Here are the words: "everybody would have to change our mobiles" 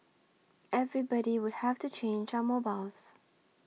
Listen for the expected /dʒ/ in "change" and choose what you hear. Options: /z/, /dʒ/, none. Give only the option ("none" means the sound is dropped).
/dʒ/